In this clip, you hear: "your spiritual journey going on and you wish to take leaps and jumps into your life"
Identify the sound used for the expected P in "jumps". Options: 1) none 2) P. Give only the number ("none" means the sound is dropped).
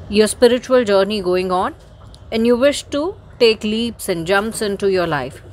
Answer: 2